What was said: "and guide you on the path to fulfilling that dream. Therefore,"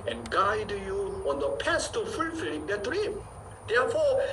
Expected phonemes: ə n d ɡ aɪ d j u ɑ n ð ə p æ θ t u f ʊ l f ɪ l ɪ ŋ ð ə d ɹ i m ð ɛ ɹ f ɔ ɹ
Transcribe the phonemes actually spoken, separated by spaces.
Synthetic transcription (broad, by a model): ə n ɡ aɪ d j u ɑ n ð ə p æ s t u f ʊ l f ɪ l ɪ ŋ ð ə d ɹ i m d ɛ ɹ f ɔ